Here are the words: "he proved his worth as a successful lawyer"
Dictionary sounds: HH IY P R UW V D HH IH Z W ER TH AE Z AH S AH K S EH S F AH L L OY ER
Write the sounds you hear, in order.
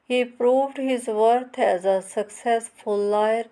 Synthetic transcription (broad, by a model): HH IY P R UW V D HH IH Z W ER T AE Z AH S AH K S EH S F AH L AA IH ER